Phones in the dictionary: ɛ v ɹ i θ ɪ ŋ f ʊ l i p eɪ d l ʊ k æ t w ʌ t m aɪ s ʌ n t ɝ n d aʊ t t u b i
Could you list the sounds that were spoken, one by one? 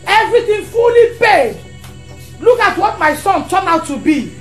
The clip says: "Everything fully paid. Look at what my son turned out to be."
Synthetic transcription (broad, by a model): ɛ v ɹ i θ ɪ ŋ f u l i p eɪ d l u k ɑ t w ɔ t m aɪ s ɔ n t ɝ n aʊ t t u b i